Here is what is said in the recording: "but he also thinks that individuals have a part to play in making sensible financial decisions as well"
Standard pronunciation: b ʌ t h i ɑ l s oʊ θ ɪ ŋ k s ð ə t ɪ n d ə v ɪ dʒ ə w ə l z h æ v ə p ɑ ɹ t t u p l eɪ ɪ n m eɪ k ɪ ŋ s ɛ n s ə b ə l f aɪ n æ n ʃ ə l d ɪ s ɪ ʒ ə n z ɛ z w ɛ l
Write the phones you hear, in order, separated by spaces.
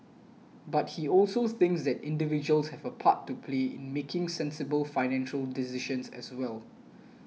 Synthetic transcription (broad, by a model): b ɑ t h i ɑ l s oʊ θ ɪ ŋ k s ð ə t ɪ n d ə v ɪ dʒ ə ə l s h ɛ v ə p ɑ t t u p l eɪ ɪ n m eɪ k ɪ ŋ s ɛ n s ə b ə l f aɪ n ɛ n ʃ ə l d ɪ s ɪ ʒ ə n s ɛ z w ɛ l